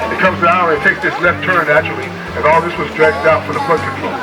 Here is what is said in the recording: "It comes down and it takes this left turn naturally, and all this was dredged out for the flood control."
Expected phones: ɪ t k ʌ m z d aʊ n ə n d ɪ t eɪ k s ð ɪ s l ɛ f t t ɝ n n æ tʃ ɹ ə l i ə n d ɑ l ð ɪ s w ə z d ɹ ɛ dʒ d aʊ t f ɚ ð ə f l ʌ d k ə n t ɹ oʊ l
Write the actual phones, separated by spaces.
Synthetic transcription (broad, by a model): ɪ t k ʌ m z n aʊ ə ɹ ɪ t eɪ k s ð ɪ s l ɛ f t t ɝ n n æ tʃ ə l i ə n ɑ l ð ɪ s w ə z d ɹ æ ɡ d aʊ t f ɚ ð ə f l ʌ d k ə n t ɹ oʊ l